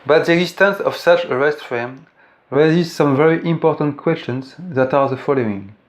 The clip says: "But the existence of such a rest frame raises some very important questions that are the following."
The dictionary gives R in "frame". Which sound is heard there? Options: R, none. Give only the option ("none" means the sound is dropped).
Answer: none